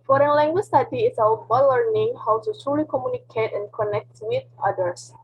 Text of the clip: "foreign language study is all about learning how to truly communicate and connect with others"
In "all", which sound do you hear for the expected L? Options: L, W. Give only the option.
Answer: W